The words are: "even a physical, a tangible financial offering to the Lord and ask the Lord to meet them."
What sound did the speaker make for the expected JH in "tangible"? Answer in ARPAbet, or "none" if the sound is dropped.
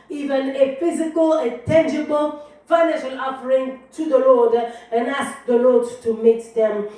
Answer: JH